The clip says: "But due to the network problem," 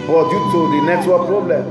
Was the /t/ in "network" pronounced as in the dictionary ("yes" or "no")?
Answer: no